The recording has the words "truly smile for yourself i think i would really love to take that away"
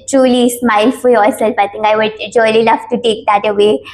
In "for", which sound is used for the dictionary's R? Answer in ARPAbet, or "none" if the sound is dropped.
L